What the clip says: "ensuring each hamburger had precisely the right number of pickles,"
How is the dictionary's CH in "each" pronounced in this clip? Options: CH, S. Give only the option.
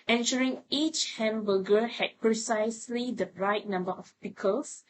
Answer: CH